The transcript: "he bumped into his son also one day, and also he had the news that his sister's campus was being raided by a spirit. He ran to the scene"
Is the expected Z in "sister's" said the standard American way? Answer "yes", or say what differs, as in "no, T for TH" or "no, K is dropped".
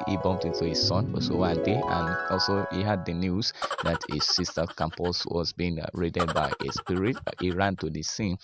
no, Z is dropped